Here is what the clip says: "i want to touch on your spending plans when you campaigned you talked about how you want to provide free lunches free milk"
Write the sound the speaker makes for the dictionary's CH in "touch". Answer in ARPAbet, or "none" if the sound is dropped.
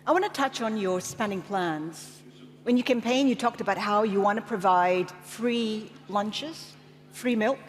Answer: CH